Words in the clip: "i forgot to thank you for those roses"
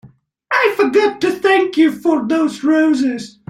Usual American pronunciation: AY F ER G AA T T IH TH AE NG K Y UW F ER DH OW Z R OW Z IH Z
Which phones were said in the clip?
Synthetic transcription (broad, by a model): AY F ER G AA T T IH TH AE NG K Y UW F ER DH OW Z R OW Z IH Z